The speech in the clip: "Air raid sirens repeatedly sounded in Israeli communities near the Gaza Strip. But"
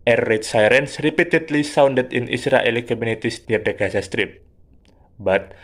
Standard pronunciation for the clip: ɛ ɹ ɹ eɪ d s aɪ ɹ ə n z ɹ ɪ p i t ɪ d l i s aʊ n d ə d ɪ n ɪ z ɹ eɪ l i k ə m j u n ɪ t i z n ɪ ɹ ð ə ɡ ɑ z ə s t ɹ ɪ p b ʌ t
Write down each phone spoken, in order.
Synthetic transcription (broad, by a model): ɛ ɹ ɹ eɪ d s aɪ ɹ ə n s ɹ ɪ p i t ɪ d l i s aʊ n d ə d ɪ n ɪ s ɹ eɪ l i k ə m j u n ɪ t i s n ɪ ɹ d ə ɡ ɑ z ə s t ɹ ɪ p b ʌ t